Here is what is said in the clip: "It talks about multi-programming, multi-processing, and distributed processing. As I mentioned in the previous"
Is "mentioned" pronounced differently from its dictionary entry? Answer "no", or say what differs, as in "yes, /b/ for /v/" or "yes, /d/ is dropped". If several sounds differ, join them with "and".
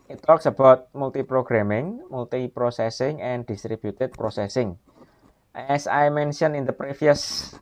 yes, /d/ is dropped